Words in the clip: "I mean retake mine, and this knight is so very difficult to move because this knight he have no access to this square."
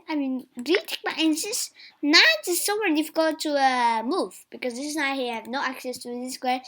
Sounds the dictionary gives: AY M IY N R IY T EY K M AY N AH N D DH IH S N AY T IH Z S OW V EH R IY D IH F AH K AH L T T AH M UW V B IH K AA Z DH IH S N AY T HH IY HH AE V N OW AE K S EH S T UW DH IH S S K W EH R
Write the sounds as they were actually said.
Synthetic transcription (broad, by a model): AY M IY N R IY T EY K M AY AH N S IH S N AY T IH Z S OW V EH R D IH F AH K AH L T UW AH M UW V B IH K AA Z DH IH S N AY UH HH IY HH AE V N OW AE K S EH S T UW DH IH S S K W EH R